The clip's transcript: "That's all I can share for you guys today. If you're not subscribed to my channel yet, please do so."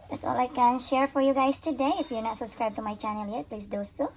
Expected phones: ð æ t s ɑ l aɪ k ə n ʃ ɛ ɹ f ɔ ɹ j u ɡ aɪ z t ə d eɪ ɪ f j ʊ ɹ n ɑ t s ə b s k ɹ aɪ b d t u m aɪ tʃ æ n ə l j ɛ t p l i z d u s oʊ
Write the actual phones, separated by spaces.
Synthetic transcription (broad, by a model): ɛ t s ɑ l aɪ k ə n ʃ ɛ ɹ f ɔ ɹ j u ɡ aɪ s t ə d eɪ ɪ f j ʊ n ɑ t s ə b s k ɹ aɪ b t u m aɪ tʃ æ n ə l j ɛ t p l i s d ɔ s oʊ